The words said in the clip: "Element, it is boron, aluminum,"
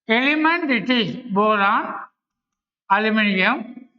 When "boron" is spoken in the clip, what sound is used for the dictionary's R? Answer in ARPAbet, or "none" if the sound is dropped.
L